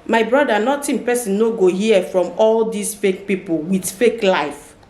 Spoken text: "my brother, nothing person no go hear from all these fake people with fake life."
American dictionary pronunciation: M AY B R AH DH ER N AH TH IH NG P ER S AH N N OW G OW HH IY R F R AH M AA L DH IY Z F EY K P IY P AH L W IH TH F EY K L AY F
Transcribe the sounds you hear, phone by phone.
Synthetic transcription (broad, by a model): M AY B R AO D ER N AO T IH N P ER S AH N N OW G OW HH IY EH F R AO M AA L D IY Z F EY K P IY P AH L W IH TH F EY K L AY F